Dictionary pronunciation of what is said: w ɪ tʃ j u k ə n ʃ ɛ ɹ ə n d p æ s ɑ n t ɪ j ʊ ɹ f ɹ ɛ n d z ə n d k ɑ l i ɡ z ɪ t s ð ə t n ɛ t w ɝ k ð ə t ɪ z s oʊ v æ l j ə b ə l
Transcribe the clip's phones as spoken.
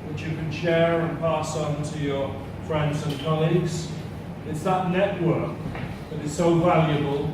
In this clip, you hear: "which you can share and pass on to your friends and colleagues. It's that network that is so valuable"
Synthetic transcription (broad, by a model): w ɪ tʃ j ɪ k ə n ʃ ɛ ɹ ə n p æ s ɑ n t ɪ j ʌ ɹ f ɹ ɛ n d z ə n k ɑ l i ɡ z ɪ t s ð ə t n ɛ t w ɝ k ð ə t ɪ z s oʊ v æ l j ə b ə l